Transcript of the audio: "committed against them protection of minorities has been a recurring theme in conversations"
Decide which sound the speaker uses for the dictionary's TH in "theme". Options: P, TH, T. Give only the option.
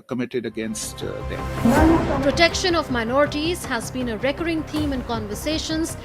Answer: T